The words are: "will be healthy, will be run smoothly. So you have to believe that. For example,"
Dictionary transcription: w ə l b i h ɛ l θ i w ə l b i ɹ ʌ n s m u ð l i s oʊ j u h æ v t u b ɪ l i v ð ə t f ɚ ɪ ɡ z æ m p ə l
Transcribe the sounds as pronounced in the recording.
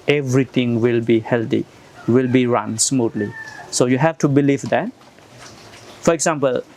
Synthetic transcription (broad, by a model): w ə l b i h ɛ l t i w ə l b i ɹ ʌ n s m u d l i s oʊ j u h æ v t u b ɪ l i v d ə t f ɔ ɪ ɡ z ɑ m p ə l